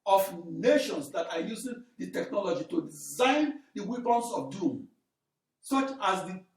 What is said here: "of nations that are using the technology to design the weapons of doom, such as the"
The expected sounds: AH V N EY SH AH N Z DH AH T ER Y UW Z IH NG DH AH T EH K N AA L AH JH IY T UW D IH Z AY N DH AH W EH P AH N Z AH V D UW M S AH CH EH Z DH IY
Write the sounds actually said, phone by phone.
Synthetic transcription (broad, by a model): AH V N EY SH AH N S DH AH T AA Y UW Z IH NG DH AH T EH K N AA L AH JH IY T UW D IH Z AY N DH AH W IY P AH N S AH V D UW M S AH CH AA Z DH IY